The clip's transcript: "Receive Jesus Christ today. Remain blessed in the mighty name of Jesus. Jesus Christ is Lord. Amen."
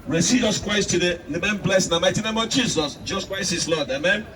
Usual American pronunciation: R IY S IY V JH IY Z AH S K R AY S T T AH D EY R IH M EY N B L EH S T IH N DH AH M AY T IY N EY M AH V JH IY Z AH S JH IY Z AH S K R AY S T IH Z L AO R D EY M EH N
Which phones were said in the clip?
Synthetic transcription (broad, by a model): R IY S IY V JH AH S K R AY S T T AH D EY L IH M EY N B L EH S IH N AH M AY T IY N EY M AH V JH IY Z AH S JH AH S K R AY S IH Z L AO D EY M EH N